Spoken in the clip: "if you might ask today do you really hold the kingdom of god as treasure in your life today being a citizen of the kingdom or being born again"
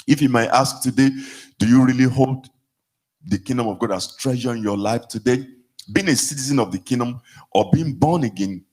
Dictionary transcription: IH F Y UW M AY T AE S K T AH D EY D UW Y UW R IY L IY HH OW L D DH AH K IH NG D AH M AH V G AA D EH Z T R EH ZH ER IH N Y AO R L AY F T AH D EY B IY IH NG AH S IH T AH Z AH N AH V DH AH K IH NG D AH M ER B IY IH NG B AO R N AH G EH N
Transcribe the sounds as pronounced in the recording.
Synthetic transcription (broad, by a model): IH F Y UW M AY T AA S K T AH D EY D UW Y UW R IY L IY HH OW L D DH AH K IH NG D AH M AH V G AA D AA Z T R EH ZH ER IH N Y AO L AY F T AH D EY B IY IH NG AH S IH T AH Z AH N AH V DH AH K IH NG D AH M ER B IY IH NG B AO N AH G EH N